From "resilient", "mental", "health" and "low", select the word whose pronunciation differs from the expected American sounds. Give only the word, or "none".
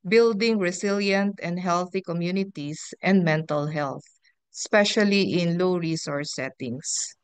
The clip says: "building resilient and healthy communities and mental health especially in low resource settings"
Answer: resilient